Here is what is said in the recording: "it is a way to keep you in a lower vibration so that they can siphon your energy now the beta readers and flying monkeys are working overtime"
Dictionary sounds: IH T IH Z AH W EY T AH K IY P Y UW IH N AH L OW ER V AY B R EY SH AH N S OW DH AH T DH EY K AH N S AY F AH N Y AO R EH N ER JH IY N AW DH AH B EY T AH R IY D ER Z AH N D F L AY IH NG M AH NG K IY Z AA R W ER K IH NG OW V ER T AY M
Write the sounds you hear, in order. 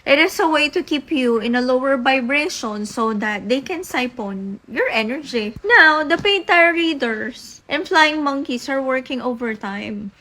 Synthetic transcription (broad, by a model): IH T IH S AH W EY T AH K IY P Y UW IH N AH L OW ER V AY B R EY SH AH N S OW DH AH T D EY K AH N S AY P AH N Y AO R EH N ER JH IY N AW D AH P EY T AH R IY D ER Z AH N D F L AY IH NG M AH NG K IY S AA R W ER K IH NG OW V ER T AY M